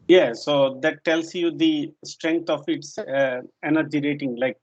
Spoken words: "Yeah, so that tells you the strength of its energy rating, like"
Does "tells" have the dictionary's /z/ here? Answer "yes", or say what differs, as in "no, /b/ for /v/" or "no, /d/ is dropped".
no, /s/ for /z/